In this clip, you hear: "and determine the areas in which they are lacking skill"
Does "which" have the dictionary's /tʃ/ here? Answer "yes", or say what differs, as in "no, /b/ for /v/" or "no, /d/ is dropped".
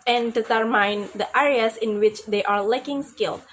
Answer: yes